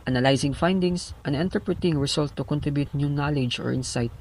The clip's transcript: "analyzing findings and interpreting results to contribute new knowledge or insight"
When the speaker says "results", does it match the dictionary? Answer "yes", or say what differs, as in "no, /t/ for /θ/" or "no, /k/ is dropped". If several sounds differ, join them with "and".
no, /s/ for /z/ and /s/ is dropped